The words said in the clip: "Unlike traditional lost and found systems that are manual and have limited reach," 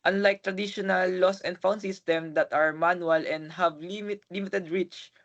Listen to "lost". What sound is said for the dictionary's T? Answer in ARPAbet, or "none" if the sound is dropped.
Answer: none